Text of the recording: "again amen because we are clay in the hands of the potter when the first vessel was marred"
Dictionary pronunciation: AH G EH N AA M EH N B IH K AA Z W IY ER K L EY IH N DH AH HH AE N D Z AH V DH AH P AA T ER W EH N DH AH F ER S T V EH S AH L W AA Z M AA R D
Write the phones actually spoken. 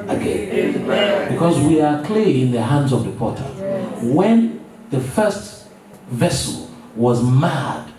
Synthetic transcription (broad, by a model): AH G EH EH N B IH K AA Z W IY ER K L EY IH N DH AH HH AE N D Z AH V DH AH P AA T ER W EH N DH AH F ER S T V EH S AH L W AA Z M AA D